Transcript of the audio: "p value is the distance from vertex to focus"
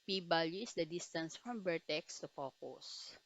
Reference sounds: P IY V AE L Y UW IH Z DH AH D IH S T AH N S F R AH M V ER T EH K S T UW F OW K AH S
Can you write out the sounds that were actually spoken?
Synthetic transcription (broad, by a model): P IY B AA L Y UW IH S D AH D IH S T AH N S F R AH M B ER T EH K S T UW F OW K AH S